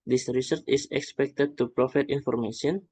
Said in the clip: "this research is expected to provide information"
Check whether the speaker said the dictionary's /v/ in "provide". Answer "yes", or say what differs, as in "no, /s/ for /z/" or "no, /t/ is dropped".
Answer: no, /f/ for /v/